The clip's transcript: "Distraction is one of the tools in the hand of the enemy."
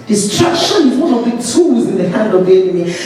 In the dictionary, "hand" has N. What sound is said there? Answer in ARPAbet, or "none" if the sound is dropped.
N